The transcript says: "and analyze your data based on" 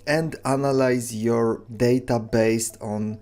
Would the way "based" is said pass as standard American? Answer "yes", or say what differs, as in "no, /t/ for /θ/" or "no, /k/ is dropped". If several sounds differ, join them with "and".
yes